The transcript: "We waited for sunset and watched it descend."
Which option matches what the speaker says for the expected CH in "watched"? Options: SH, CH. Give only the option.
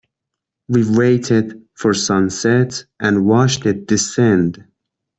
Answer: SH